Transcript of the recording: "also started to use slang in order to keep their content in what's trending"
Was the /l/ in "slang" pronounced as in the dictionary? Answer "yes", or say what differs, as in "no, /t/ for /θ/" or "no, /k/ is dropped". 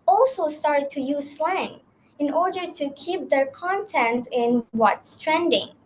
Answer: yes